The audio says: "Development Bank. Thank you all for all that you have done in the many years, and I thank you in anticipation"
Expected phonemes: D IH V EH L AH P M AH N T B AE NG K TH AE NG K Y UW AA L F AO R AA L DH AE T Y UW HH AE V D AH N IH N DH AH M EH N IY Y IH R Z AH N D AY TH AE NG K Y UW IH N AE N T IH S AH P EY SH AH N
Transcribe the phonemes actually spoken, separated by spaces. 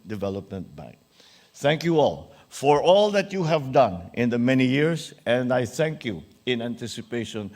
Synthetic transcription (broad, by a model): D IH V EH L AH P M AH N T B AE NG K TH AE NG K Y UW AA L F AO R AA L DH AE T Y UW HH AE V D AH N IH N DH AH M EH N IY Y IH R S AH N D AY TH AE NG K Y UW IH N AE N T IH S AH P EY SH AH N